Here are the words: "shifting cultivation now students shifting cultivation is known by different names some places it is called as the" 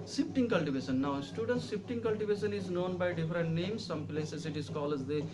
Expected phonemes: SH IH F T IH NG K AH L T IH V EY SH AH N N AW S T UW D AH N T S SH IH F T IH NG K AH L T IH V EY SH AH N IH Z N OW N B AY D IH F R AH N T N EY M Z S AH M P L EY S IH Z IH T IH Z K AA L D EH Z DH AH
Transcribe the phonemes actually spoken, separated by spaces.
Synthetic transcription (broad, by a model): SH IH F T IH NG K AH L T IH V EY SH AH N N AW S T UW D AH N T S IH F T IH NG K AH L T IH V EY SH AH N IH Z N OW N B AY D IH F R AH N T N EY M S AH M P L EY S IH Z IH T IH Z K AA L EH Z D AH